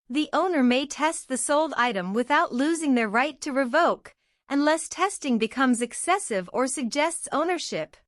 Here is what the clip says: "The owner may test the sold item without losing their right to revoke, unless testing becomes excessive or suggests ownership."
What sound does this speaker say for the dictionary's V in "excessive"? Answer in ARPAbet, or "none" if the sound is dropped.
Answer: V